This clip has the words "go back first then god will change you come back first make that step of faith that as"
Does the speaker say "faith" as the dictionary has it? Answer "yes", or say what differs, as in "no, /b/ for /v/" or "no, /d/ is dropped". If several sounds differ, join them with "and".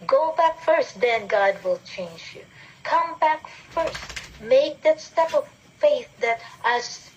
yes